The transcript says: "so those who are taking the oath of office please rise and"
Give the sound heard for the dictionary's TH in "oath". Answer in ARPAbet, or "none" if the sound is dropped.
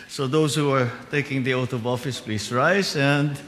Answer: T